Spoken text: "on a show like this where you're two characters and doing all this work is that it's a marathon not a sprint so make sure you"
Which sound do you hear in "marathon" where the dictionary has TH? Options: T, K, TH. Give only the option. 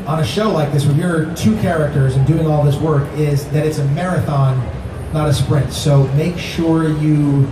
TH